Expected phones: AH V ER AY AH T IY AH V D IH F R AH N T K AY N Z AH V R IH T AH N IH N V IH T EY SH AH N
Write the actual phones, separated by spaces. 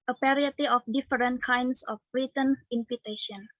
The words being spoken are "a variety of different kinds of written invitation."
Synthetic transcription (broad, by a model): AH P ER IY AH T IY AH F D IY F R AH N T K AY N S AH B R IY T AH N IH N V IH T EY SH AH N